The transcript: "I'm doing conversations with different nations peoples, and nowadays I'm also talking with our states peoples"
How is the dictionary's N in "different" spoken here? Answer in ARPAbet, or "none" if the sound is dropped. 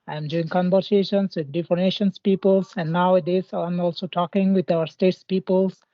none